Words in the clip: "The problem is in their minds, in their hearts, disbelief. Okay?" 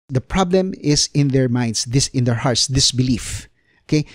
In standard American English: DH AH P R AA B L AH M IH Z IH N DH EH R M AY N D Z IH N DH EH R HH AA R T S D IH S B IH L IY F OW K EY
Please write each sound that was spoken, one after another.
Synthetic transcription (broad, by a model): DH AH P R AA B L AH M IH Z IH N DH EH R M AY N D S IH N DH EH R HH AA R T S D IH S B IH L IY F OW K EY